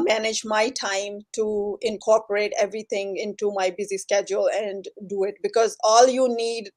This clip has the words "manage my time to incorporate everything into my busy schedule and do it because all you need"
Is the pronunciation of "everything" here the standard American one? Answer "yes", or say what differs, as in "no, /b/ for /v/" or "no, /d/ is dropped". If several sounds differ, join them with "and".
no, /t/ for /θ/